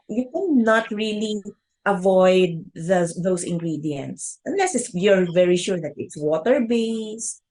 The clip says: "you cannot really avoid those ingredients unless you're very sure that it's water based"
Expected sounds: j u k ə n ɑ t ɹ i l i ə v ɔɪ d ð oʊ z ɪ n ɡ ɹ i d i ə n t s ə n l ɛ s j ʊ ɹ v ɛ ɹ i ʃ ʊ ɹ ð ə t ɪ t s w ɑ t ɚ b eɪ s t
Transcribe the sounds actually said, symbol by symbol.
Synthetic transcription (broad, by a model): j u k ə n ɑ t ɹ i l i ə v ɔɪ d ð oʊ s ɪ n ɡ ɹ i d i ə n t s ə n l ɛ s j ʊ ɹ v ɛ ɹ i ʃ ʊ ɹ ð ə t ɪ t s w ɑ t ɚ b eɪ s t